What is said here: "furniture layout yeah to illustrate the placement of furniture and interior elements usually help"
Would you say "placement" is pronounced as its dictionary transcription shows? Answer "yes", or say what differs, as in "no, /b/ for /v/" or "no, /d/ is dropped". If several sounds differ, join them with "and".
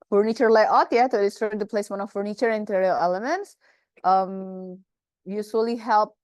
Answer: no, /t/ is dropped